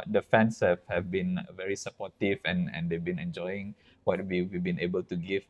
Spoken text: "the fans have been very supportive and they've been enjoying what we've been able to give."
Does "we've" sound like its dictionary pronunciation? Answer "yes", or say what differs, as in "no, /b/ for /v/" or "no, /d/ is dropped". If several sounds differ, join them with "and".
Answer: no, /w/ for /v/